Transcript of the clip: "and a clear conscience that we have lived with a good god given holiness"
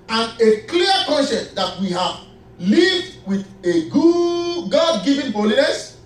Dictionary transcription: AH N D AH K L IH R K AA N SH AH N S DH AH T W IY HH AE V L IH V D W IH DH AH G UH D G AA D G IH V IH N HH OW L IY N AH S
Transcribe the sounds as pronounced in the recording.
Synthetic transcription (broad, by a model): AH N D AH K L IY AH K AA N S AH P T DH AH T W IY HH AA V L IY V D W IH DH AH G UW G AA D G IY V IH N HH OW L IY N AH S